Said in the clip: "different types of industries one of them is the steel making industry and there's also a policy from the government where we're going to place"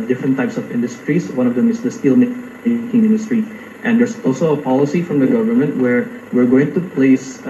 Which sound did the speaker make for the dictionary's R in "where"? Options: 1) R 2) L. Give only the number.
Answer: 1